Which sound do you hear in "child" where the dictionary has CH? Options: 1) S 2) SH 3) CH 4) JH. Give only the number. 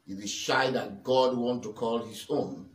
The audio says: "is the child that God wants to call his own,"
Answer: 2